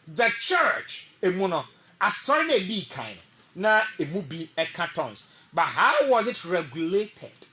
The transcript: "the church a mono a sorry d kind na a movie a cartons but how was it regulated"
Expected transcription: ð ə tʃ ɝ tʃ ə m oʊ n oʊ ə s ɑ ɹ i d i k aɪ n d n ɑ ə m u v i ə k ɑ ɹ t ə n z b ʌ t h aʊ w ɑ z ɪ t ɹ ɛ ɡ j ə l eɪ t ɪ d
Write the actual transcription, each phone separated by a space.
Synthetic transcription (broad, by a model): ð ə tʃ ɝ tʃ ə m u n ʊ ə s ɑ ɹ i d i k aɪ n n ɑ ə m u b i ə k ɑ t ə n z b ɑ t h aʊ w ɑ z ɪ t ɹ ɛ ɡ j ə l eɪ t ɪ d